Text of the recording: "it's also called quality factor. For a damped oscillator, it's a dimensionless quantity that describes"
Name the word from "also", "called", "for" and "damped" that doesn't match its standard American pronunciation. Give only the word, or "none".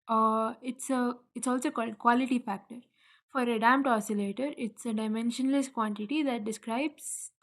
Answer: damped